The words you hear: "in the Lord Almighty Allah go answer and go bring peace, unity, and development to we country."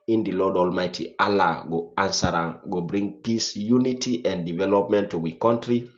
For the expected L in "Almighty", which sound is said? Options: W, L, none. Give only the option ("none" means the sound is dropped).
L